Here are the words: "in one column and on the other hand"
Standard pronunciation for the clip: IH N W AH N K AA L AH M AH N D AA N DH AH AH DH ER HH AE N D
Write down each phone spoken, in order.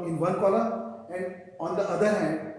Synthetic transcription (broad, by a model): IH N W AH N K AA L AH AH N D AA N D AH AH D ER HH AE N D